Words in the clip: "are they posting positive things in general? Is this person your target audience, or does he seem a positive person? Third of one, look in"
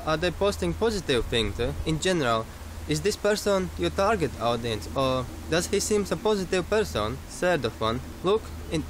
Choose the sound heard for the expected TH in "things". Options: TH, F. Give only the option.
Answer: F